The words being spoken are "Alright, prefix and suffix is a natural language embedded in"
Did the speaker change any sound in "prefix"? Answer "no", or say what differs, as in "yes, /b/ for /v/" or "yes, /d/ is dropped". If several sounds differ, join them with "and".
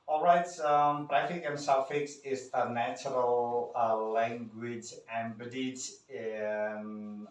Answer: yes, /b/ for /p/ and /s/ is dropped